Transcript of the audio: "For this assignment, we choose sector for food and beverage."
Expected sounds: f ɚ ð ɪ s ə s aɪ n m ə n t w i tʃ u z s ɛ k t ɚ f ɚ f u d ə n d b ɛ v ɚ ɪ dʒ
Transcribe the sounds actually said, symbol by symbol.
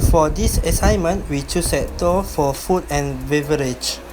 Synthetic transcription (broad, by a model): f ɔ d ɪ s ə s aɪ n m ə n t w i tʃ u s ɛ t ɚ f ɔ f u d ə n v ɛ v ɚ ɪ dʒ